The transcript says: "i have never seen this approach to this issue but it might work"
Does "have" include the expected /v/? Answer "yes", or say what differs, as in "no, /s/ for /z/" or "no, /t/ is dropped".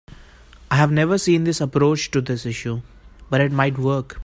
yes